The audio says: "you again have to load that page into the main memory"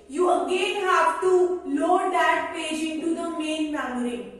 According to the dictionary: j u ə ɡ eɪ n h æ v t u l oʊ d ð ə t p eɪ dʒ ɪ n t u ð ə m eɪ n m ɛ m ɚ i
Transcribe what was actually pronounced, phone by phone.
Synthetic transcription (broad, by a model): j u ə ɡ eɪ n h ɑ p t u l oʊ d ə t p eɪ dʒ ɪ n t u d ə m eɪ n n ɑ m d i